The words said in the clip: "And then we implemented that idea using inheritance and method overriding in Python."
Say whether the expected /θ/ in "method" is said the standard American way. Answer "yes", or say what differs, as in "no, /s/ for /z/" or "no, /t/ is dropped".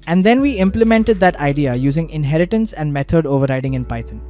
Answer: no, /t/ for /θ/